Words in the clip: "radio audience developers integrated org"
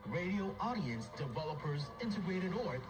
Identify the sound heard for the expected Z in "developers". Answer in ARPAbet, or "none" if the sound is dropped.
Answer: Z